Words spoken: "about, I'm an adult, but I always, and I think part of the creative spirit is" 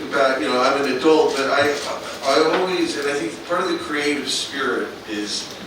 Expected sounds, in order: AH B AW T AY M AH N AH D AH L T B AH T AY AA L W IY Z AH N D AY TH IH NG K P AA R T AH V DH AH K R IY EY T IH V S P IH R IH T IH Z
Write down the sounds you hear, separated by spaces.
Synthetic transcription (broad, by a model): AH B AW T AY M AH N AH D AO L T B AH T AY AA L W IY Z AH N AY TH IH NG K P AA R T AH V DH AH K R IY EY T IH V S P IH R IH T IH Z